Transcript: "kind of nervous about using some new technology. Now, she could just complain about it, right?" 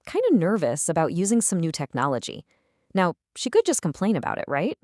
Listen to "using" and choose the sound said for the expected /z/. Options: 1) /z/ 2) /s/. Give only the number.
1